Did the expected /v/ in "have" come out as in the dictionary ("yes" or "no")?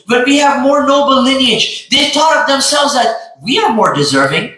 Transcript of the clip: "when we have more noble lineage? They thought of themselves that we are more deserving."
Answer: yes